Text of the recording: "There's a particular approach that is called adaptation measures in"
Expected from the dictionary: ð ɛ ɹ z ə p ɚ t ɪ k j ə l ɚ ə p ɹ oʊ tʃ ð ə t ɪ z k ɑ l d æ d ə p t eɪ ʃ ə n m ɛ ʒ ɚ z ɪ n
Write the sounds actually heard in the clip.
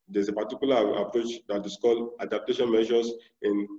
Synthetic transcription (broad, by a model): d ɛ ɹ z ə p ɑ t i k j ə l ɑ ə p ɹ oʊ tʃ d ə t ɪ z k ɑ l ɑ d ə p t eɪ ʃ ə n m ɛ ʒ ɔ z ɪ n